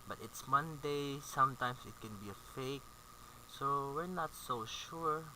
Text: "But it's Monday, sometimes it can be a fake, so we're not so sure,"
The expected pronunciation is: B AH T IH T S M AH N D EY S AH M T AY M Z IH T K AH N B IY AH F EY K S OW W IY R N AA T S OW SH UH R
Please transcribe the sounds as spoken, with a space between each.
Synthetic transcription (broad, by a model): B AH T IH T S M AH N D EY S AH M T AY M S IH T K AH N B IY AH F EY K S OW W IY R N AA T S OW SH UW R